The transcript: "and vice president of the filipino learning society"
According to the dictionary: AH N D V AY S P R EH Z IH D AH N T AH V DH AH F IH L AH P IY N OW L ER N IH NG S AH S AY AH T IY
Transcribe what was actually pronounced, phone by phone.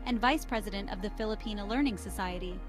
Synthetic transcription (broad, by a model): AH N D V AY S P R EH Z IH D AH N T AH V DH AH F IH L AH P IY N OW L ER N IH NG S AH S AY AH T IY